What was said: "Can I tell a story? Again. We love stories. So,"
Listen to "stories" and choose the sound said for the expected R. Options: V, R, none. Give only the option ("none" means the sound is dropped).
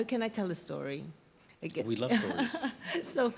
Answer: none